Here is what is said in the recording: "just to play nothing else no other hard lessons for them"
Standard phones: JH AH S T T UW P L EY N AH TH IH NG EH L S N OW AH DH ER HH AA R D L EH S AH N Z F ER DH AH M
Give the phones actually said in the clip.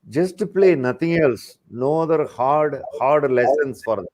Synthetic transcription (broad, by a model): JH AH S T T UW P L EY N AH T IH NG EH L S N OW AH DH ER HH AA R D L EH S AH N S F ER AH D